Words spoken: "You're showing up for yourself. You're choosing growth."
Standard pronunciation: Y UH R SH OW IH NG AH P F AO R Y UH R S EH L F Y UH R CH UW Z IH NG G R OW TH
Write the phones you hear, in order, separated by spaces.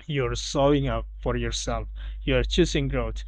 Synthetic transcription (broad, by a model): Y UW R S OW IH NG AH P F AO R Y UH R S EH L F Y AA R CH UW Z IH NG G R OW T